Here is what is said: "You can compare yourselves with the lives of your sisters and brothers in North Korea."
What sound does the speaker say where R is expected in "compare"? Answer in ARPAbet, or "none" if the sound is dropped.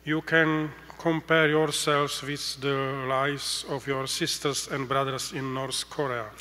R